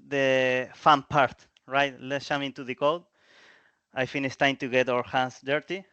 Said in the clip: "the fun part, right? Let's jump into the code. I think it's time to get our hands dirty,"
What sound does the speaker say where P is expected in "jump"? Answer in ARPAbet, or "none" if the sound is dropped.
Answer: none